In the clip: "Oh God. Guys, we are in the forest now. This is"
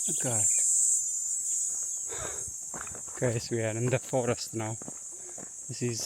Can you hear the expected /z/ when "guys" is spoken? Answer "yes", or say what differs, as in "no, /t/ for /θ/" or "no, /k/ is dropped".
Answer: no, /s/ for /z/